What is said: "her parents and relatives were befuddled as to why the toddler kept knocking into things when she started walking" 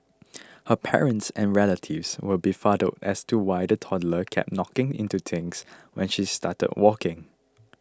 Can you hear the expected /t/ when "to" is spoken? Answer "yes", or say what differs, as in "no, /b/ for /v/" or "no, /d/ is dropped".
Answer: yes